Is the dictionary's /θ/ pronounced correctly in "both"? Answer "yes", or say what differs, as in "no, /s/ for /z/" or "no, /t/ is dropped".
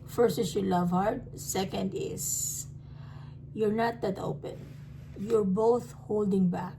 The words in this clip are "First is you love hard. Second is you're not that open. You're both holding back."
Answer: yes